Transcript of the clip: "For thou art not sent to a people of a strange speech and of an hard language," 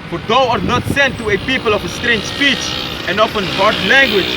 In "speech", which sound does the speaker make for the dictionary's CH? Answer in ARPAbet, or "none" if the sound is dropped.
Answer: CH